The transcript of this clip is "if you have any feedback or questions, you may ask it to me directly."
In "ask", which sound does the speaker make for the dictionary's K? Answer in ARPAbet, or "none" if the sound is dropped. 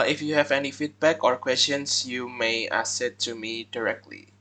none